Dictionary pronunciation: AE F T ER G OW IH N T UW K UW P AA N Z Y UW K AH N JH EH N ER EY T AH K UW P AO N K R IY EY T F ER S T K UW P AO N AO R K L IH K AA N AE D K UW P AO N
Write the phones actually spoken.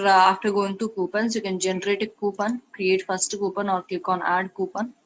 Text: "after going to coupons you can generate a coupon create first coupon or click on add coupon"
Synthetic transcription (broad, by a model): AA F T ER G OW IH N T UW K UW P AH N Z Y UW K AH N JH EH N ER EY T AH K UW P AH N K R IY EY T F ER S T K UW P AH N AO R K IH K AA N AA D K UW P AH N